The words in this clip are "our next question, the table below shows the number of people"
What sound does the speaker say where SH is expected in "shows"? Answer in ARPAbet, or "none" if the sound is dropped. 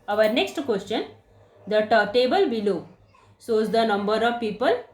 S